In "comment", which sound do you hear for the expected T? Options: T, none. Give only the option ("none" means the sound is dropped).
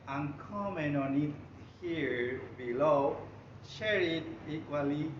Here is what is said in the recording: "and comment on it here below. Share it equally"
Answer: none